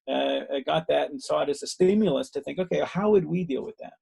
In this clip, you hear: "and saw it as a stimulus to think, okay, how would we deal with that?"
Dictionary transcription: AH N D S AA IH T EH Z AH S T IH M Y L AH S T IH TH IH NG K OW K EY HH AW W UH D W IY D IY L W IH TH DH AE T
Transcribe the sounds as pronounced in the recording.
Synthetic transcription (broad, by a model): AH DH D S AA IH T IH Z AH S T IH M Y L AH S T IH TH IH NG K OW K EY HH AW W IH D W IY D IY L W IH DH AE T